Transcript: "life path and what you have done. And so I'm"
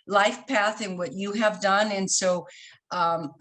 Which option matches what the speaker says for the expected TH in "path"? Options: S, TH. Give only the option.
TH